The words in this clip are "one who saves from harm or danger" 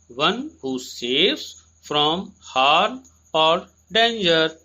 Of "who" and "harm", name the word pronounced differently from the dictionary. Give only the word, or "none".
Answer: harm